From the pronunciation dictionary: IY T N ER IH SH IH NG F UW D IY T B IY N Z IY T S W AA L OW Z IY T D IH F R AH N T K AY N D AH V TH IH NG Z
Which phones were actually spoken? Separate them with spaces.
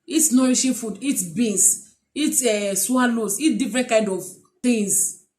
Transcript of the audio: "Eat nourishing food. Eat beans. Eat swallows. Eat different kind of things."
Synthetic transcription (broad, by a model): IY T N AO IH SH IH F UW D IY T B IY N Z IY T S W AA L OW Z IY T D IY F R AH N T K AY N D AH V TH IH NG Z